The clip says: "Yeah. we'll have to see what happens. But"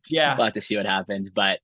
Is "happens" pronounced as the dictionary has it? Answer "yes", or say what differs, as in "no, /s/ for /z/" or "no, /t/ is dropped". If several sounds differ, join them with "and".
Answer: yes